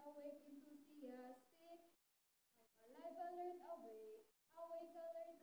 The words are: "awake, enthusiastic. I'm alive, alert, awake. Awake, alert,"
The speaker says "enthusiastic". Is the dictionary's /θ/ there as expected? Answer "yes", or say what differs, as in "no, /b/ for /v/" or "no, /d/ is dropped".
no, /t/ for /θ/